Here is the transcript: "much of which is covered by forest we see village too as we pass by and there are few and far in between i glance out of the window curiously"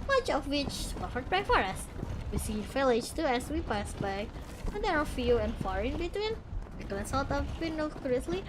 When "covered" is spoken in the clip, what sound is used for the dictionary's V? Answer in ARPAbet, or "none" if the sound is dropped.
F